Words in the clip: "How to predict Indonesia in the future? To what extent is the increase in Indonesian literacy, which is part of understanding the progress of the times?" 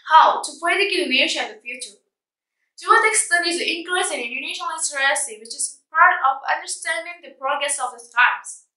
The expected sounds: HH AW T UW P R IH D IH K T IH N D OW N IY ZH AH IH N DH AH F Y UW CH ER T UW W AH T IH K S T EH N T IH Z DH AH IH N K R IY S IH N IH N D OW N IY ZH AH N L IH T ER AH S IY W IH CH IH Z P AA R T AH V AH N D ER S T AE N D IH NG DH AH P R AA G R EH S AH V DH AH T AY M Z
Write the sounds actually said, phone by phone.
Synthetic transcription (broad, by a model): HH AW T UW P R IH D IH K IH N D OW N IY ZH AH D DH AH F Y UW CH ER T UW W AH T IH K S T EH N IH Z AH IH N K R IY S IH N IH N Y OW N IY SH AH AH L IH S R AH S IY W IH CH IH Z P AA R T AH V AH N D ER S T AE N D IH NG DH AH P R AA G R EH S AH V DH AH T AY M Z